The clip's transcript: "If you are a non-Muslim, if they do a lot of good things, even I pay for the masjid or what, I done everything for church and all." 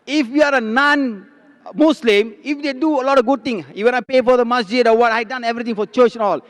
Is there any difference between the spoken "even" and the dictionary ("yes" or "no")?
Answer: yes